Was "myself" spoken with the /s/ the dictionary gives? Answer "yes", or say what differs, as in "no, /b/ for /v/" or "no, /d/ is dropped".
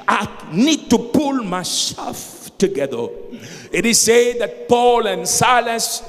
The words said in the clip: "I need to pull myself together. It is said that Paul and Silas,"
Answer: no, /ʃ/ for /s/